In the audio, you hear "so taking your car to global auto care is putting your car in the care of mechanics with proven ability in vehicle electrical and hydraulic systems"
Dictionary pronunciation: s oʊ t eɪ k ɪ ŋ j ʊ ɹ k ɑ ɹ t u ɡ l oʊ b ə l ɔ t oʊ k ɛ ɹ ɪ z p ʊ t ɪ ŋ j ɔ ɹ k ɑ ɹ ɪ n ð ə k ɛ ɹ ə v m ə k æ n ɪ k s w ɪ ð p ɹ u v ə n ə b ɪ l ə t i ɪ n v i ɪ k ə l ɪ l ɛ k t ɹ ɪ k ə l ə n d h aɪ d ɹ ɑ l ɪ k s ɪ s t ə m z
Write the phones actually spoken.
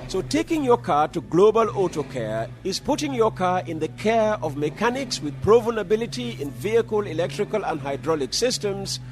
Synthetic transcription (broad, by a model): s oʊ t eɪ k ɪ ŋ j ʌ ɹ k ɑ ɹ t u ɡ l oʊ b ə l ɔ t oʊ k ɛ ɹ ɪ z p ʊ t ɪ ŋ j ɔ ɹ k ɑ ɹ ɪ n ð ə k ɛ ɹ ə v m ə k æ n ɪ k s w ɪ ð p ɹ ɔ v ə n ə b ɪ l ə t i ɪ n v i ɪ k ə l ɪ l ɛ k t ɹ ɪ k ə l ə n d h aɪ d ɹ ɑ l ɪ k s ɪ s t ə m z